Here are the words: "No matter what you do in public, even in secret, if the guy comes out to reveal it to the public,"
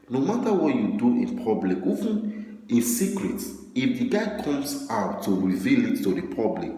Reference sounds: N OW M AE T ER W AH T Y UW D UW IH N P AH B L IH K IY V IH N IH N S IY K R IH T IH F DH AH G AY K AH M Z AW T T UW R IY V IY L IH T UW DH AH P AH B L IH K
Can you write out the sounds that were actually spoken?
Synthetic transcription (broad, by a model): N OW M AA T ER W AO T Y UW D UW IH N P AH B L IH K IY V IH N IH N S IY K R IH T IH F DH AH G AY K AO M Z AW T T UW R IY V IY L IH T UW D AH P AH B L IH K